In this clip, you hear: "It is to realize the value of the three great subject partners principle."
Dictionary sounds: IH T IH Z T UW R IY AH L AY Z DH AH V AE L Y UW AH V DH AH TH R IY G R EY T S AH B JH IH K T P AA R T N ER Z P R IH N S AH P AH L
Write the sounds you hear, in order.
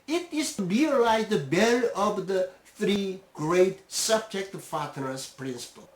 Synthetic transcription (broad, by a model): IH T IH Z T UW R IY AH L AY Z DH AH B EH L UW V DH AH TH R IY G R EY T S AH B JH IH K T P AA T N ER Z P R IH N S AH P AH L